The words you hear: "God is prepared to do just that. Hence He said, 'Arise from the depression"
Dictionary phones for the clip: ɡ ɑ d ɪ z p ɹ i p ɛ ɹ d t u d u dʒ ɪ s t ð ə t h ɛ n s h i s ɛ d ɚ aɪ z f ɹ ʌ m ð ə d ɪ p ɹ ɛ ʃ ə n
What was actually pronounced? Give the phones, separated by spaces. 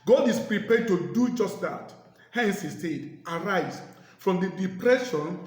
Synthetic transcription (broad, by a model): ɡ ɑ d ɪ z p ɹ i p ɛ d t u d u dʒ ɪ s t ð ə t h ɛ n s h i s ɛ d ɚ aɪ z f ɹ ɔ m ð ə d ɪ p ɹ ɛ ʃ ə n